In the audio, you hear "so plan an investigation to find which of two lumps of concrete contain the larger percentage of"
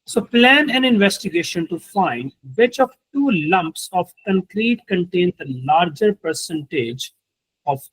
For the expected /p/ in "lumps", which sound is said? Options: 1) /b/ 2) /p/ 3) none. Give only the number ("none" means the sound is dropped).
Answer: 2